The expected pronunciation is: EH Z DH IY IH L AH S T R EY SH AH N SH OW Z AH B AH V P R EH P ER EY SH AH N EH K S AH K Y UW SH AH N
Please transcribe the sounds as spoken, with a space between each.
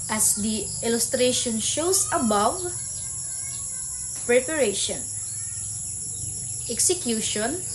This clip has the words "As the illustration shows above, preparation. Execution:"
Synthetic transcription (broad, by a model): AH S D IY IH L AH S T R EY SH AH N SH OW S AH B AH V P R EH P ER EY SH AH N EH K S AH K Y UW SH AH N